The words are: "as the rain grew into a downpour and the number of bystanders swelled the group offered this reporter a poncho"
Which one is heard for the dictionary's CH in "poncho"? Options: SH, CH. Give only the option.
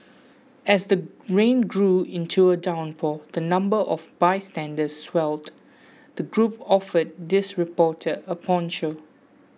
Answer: SH